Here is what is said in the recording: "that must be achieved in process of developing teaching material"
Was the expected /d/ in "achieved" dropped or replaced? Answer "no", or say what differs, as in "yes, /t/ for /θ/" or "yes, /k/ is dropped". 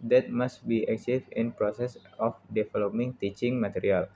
yes, /d/ is dropped